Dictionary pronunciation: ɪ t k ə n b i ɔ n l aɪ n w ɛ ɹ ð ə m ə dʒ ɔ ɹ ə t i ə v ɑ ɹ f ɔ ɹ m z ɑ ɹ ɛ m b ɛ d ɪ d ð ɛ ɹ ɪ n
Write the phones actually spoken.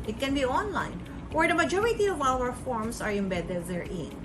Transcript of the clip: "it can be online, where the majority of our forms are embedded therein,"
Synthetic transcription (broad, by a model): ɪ t k ə n b i ɔ n l aɪ n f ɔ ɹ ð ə m ə dʒ ɔ ɹ ə t i ə v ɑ l f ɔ ɹ m s ɑ ɹ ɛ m b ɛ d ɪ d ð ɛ ɹ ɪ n